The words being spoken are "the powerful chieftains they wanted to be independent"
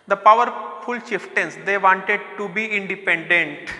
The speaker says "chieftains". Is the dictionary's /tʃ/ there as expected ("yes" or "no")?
no